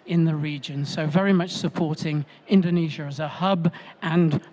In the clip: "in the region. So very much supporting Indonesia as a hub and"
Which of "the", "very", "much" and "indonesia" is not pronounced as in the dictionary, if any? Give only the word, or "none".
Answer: none